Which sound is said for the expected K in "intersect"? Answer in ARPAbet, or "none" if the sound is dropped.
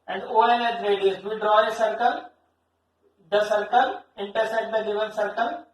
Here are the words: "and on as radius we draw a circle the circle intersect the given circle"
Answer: none